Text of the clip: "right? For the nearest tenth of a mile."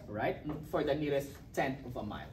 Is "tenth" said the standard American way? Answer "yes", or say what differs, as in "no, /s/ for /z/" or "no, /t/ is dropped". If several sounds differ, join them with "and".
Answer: no, /t/ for /θ/